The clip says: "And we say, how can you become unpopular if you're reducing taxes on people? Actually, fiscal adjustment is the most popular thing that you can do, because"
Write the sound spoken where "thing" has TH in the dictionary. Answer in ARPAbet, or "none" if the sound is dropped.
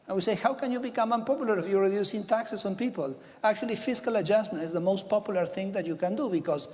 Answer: TH